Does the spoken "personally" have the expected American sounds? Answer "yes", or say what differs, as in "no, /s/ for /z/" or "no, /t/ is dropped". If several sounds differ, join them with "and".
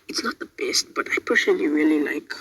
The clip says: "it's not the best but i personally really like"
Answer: no, /ʃ/ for /s/